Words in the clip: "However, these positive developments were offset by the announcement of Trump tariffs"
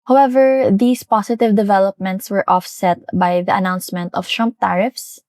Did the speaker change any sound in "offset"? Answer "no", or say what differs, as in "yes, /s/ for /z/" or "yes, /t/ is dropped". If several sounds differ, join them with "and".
no